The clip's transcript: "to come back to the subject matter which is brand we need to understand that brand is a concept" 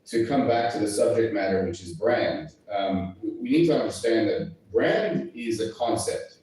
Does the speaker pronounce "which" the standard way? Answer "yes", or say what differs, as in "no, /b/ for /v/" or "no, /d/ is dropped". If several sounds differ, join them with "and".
yes